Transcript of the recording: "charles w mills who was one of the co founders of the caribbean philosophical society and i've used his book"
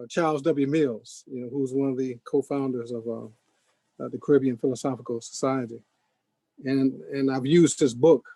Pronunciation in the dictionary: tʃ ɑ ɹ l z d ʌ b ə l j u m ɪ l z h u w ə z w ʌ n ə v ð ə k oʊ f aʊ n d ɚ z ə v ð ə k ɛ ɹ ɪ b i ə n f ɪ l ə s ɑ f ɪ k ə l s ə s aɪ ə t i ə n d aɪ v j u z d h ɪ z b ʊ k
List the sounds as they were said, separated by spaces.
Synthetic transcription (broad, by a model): tʃ ɑ ɹ l z d ʌ b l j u m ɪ l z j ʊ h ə z w ʌ n ə v ð ə k oʊ f aʊ n d ɚ z ə v ð ə k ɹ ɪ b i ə n f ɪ l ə s ɑ f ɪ k l s ə s aɪ ə t i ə n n aɪ v j u z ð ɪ s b ʊ k